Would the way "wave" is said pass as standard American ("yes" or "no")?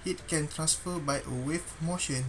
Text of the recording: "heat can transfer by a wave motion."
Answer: no